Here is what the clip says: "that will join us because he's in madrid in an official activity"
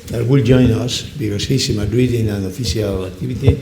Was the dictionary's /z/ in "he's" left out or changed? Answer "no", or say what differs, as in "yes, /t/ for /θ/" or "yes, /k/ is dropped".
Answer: yes, /s/ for /z/